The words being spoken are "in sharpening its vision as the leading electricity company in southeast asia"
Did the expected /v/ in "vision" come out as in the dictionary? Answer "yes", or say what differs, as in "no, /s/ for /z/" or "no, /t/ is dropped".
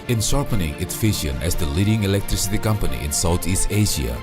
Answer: no, /f/ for /v/